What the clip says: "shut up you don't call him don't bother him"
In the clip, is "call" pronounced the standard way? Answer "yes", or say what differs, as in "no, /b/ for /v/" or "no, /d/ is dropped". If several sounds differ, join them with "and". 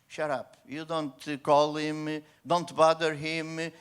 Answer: yes